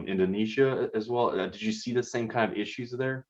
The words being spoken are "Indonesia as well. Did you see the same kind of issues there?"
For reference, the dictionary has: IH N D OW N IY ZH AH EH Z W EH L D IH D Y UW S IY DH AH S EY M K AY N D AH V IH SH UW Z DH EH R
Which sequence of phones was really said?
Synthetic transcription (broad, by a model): IH N D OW N IY ZH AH Z W EH L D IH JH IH S IY DH AH S EY M K AY N D AH V IH SH UW Z DH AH R